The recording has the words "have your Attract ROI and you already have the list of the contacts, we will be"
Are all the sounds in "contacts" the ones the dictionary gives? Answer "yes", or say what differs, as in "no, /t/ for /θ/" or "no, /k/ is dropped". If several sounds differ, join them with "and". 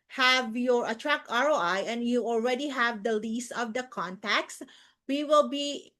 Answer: yes